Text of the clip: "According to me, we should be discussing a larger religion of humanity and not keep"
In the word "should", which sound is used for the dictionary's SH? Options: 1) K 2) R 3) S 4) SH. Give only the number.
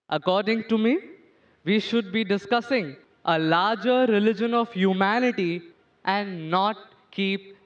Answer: 4